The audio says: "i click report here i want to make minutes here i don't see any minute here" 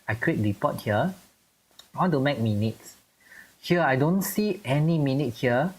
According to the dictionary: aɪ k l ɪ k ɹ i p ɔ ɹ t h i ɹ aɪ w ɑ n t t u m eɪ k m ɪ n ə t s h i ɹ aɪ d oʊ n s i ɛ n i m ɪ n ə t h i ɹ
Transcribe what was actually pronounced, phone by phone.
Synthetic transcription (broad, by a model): aɪ k w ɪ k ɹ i p ɔ t h i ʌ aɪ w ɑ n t t u m eɪ k m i n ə t s h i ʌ aɪ d oʊ n s i ɛ n i m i n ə t h i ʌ